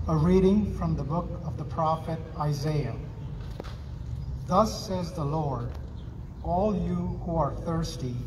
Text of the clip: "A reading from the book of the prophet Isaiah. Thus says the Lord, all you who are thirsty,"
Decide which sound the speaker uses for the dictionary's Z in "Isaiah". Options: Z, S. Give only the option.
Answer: Z